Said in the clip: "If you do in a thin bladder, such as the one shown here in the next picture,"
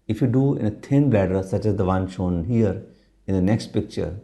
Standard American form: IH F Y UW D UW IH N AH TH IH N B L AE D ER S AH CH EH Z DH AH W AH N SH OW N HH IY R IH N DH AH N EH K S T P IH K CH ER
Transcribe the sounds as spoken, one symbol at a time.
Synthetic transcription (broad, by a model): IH F Y UW D UW IH N AH T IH N B L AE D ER S AH CH EH Z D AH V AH N SH OW N HH IY R IH N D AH N EH K S T P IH K CH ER